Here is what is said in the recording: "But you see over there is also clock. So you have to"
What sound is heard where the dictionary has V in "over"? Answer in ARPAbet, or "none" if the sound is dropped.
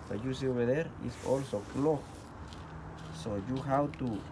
B